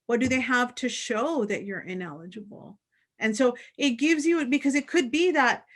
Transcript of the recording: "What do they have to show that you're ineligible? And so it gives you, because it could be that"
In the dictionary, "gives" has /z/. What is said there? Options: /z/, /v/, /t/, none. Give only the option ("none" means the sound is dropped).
/z/